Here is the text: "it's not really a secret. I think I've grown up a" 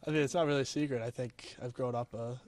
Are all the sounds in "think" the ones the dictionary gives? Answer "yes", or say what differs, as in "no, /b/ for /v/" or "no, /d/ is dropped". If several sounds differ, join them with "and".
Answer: yes